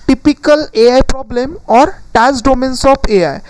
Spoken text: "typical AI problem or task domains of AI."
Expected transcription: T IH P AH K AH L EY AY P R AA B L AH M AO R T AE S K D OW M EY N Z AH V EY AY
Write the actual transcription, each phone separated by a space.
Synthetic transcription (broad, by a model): T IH P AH K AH L EY AY P R AA B L AH M AO R T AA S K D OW M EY N S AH P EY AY